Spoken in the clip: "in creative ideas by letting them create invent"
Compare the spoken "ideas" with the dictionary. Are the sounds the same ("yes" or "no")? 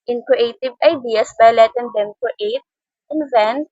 no